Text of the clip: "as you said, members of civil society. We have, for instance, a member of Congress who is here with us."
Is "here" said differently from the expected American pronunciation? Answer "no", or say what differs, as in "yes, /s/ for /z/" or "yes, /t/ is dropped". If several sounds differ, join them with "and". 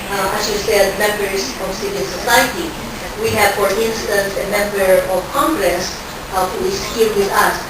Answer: yes, /l/ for /ɹ/